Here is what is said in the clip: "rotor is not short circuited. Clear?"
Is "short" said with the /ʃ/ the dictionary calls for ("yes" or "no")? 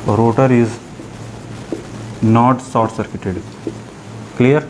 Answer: no